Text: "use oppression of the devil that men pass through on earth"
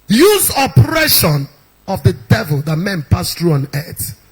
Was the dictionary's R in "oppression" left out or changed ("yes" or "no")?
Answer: no